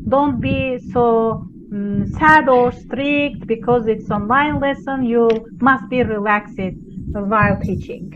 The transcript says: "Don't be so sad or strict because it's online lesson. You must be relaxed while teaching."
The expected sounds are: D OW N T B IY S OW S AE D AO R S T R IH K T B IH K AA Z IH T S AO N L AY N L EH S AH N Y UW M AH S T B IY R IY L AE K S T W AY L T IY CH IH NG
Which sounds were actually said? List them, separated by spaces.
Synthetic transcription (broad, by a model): D OW N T B IY S OW S AE D AO R S T R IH K T B IH K AA Z IH T S AO N L AY N L EH S AH N Y UW M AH S T B IY R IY L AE K S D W AY L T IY CH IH NG